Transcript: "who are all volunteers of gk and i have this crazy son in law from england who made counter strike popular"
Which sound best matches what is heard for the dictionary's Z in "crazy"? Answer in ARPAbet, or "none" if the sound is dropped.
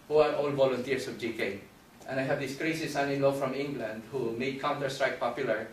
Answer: S